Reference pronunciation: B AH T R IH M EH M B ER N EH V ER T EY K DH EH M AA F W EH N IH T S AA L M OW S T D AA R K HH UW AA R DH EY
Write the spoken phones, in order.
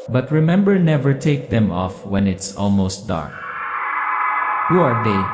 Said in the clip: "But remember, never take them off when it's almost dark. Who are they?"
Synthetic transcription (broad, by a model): B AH T R IH M EH M B ER N EH V ER T EY K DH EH M AA F W EH N IH T S AA L M OW S T D AA R K HH UW AA R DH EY